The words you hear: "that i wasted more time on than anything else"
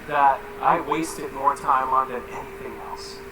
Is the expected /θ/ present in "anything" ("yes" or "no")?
yes